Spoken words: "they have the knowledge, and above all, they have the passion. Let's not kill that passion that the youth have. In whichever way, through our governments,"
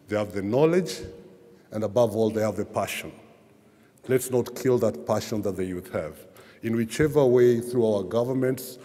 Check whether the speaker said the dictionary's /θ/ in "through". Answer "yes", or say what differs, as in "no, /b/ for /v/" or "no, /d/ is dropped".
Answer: yes